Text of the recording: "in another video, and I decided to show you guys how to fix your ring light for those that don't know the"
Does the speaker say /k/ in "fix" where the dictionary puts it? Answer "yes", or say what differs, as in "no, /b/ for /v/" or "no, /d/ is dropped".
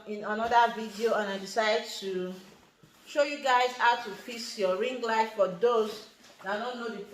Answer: no, /k/ is dropped